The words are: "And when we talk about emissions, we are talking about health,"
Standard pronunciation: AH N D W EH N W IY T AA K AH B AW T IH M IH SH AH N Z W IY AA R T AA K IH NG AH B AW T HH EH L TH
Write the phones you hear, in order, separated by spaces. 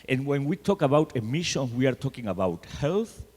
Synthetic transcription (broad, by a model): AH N W EH N W IY T AA K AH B AW T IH M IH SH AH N W IY AA R T AA K IH NG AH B AW T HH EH L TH